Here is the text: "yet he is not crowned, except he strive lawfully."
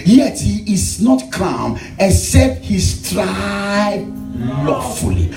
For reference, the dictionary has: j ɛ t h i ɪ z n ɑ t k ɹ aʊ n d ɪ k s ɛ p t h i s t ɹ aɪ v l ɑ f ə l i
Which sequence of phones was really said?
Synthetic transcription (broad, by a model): j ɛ t h i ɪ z n ɑ t k aʊ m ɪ s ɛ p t h i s t ɹ aɪ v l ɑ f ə l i